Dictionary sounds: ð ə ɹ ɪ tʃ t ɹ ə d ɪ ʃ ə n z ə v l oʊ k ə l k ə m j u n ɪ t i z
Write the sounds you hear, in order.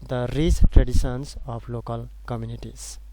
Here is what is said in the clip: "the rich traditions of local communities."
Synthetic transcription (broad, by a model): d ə ɹ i s t ɹ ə d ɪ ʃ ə n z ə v l oʊ k ə l k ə m j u n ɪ t i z